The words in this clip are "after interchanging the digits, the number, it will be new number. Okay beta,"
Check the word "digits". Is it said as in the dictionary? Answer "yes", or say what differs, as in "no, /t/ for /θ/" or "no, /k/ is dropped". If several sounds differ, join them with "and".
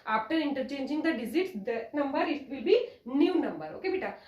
no, /z/ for /dʒ/